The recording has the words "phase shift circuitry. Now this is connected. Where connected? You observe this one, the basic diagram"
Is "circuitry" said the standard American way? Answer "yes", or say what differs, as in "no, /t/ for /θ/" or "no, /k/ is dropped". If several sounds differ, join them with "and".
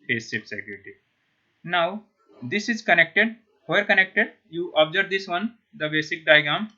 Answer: no, /ɹ/ is dropped